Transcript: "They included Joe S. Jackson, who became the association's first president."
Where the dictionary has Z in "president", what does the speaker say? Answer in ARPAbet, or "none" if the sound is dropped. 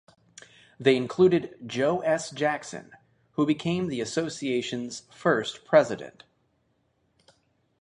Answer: Z